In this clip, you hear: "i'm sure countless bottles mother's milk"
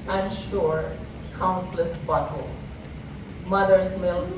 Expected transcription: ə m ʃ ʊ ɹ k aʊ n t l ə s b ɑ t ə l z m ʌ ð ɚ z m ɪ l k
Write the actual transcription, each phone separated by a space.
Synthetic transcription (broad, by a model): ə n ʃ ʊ ɹ k aʊ n t l ə s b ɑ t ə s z m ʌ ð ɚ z m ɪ l